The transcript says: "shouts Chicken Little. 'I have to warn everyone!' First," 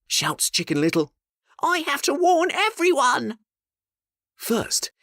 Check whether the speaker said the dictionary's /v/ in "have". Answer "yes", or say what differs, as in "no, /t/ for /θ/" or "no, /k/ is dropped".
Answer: no, /f/ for /v/